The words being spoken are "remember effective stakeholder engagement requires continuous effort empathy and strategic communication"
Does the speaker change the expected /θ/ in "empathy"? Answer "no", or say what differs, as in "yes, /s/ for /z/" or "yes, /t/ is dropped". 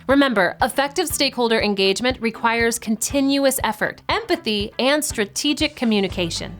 no